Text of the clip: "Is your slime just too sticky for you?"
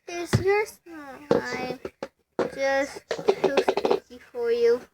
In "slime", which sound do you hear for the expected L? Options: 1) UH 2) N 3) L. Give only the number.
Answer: 2